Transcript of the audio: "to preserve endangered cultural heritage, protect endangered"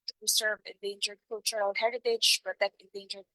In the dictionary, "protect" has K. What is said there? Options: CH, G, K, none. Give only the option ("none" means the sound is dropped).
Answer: none